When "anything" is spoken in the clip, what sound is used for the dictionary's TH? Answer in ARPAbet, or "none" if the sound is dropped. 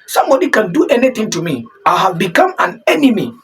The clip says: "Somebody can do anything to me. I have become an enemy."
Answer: T